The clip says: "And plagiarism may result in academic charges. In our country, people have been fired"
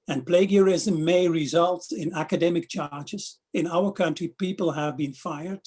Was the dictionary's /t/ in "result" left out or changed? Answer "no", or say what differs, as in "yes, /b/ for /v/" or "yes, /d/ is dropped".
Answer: no